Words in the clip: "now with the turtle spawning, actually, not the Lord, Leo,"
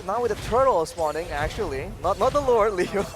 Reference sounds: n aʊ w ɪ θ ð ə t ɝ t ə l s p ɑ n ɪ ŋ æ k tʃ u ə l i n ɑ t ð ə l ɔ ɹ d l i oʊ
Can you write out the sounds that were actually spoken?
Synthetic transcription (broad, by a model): n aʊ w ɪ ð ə t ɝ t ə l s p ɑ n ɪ ŋ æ k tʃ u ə n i n ɑ t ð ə l ɔ ɹ d l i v